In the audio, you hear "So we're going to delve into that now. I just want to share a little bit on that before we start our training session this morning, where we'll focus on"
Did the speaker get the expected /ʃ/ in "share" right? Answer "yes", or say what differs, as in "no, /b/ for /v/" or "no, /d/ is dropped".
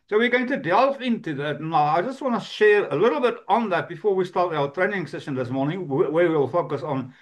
yes